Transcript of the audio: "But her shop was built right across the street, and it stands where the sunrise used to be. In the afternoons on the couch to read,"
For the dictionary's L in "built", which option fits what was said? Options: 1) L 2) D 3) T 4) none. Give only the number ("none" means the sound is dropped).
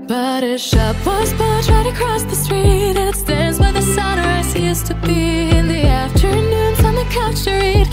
4